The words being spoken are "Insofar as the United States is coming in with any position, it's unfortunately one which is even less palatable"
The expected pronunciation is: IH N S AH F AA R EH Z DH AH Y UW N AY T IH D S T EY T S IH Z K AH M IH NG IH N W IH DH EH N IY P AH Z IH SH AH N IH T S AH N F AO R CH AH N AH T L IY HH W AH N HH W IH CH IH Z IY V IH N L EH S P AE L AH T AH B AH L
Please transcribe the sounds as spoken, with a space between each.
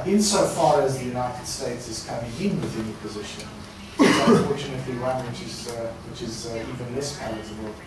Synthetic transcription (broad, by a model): IH N S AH F AA R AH Z DH AH Y UW N AY T IH D S T EY T S IH Z K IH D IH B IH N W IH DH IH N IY P AH Z IH SH AH N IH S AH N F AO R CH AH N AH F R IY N W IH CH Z W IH CH IH Z IY V IH N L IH S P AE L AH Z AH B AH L